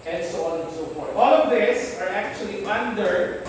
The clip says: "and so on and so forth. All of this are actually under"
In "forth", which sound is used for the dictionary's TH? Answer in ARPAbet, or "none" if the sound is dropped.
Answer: T